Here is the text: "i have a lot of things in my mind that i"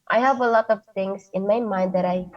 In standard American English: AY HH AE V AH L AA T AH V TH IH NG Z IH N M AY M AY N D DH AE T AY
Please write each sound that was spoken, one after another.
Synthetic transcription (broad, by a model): AY HH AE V AH L AA T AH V T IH NG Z IH N M AY M AY N D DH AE T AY